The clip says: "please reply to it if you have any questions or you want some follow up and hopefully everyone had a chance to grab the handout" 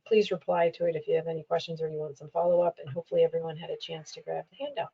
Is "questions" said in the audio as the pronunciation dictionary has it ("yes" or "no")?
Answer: yes